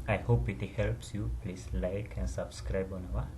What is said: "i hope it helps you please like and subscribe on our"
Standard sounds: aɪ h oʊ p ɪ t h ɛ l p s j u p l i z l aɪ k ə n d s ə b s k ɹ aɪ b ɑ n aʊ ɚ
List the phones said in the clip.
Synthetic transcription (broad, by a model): aɪ h oʊ p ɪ t h ɛ l p s j u p l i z l aɪ k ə n s ə b s k ɹ aɪ b ɑ n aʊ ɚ